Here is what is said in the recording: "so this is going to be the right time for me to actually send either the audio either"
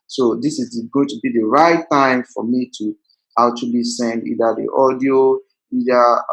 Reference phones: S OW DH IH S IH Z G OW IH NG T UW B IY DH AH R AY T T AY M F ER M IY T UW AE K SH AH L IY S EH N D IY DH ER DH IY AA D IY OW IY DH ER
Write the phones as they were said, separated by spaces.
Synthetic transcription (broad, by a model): S OW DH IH S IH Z G OW IH NG T UW B IY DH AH R AY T T AY M F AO M IY T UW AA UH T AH L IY S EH N IY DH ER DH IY AA D IY OW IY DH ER